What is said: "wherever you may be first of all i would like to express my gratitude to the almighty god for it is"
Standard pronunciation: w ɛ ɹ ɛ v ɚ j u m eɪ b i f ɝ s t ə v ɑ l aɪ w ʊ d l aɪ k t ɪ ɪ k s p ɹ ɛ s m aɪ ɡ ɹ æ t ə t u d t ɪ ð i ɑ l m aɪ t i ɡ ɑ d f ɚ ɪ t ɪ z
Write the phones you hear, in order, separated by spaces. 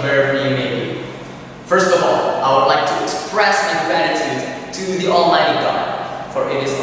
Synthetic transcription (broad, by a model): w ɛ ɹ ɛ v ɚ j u m eɪ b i f ɝ s t ə v ɑ l aɪ w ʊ d l aɪ k t ɪ ɪ k s p ɹ ɛ s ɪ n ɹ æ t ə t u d t ɪ ð i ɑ l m aɪ t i ɡ ɑ d f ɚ ɪ t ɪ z